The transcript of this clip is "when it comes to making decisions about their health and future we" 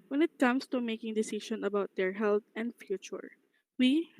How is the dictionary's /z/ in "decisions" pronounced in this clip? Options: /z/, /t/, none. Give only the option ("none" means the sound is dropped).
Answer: none